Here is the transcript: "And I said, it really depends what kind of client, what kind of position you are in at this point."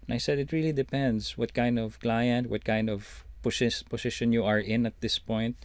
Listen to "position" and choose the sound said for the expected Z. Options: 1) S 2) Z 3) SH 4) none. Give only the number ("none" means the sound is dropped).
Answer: 1